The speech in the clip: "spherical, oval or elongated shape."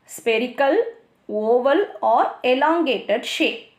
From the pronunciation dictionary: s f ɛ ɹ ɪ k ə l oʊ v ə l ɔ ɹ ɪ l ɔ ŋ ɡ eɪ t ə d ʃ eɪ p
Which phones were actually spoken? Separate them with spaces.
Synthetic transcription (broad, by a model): s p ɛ ɹ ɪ k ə l oʊ v ə l ɔ ɹ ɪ l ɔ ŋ ɡ eɪ t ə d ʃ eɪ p